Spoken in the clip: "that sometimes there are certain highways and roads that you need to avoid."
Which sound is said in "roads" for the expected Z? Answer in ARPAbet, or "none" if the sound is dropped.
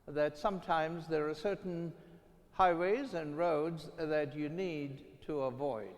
Z